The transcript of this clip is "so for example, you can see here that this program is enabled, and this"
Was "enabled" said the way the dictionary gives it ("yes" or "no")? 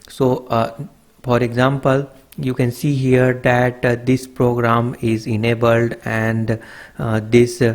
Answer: yes